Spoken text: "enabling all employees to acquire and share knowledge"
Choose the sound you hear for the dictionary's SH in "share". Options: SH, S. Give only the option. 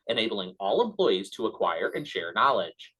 SH